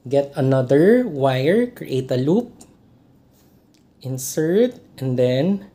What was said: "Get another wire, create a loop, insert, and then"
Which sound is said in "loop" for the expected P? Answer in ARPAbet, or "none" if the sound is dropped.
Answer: P